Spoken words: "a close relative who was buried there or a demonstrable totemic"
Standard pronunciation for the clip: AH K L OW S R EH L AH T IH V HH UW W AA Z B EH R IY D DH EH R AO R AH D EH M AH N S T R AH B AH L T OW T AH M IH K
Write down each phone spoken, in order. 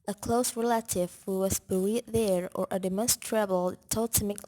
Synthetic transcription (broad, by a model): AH K L OW S R EH L AH T IH V HH UW W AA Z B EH L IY DH EH R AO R AH D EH M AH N S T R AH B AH L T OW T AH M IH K